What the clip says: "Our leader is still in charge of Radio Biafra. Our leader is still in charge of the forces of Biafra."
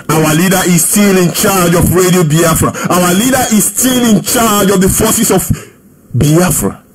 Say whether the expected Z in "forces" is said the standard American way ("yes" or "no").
no